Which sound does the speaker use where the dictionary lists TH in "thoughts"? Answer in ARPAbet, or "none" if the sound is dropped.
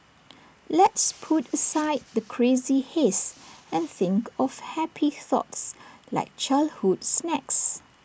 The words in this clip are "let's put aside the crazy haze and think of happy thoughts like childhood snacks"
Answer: TH